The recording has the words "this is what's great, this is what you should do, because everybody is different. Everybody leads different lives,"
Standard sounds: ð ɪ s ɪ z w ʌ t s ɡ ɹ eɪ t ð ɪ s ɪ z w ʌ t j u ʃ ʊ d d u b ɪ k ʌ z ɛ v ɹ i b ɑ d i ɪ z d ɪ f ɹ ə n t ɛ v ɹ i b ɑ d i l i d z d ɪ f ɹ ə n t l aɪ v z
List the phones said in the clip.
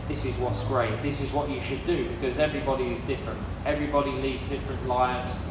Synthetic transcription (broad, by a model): ð ɪ s ɪ z w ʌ t s ɡ ɹ eɪ t ð ɪ s ɪ z w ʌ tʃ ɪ ʃ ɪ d d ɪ b ɪ k ʌ z ɛ v ɹ i b ɑ d i ɪ z d ɪ f ɹ ə n t ɛ v ɹ i b ɑ d i l i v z d ɪ f ɹ ə n t l aɪ v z